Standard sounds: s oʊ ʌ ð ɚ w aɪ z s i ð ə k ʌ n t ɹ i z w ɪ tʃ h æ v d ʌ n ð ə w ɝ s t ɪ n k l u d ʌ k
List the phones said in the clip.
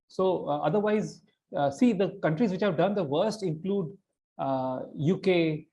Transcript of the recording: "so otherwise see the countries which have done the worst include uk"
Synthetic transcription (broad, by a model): s oʊ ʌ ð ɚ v aɪ z s i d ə k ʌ n t ɹ i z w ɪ tʃ h æ v d ʌ n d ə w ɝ s t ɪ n k l u d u k